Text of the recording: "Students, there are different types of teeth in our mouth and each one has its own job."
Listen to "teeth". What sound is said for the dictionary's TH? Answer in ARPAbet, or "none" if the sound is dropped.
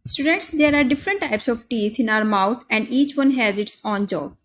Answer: T